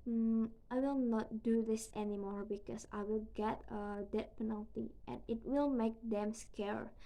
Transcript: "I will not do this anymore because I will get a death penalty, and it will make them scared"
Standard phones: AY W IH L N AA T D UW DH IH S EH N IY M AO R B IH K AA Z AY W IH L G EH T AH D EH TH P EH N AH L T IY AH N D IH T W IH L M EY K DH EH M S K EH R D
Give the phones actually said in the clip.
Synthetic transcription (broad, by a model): AY W IH L N AA T D UW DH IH S EH N IY M AO R B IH K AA S AY W IH L G EH T AH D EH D P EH N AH L T IY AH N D IH T W IH L M EY K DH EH M S K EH R